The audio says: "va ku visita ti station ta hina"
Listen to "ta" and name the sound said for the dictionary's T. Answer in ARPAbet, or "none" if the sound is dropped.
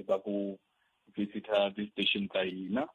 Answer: S